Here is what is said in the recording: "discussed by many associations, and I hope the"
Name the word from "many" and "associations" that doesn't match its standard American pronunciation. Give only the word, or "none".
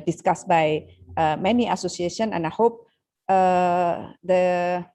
associations